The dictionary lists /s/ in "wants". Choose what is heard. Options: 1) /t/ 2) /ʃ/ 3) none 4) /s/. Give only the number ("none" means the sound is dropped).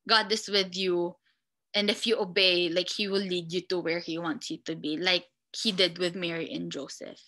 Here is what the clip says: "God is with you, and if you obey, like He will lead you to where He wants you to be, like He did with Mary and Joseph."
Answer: 4